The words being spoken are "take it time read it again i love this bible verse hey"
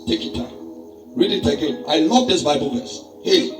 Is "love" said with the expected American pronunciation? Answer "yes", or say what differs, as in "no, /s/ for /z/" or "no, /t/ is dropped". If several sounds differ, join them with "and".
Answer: no, /n/ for /l/